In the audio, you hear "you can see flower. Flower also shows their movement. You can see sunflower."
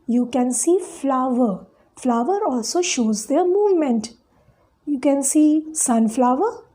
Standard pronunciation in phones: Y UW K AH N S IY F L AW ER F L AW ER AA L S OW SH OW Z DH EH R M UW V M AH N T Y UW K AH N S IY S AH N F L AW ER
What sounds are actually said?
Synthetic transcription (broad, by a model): Y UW K AH N S IY F L AW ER F L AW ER AA L S OW SH OW Z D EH R M UW V M AH N T Y UW K AH N S IY S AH N F L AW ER